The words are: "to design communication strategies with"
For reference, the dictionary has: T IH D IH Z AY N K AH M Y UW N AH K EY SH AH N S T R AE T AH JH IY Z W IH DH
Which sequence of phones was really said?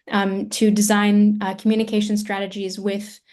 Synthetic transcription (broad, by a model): T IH D IH Z AY N K M Y UW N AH K EY SH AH N S T R AE T AH JH IY Z W IH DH